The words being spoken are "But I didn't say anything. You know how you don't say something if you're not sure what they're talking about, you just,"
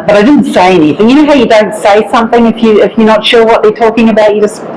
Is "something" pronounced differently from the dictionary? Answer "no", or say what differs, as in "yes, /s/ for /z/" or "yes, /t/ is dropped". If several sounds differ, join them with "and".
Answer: no